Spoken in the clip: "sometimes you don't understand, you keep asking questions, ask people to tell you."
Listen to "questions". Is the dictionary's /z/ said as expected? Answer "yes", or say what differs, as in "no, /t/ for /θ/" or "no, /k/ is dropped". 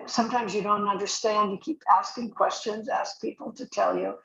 yes